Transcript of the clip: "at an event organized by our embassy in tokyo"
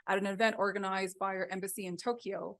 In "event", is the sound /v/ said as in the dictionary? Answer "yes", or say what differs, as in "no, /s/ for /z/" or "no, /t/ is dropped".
yes